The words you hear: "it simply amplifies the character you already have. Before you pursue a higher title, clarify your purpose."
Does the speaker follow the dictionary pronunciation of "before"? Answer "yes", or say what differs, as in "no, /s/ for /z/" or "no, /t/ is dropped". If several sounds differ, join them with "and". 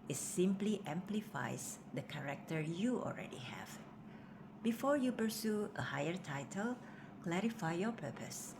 yes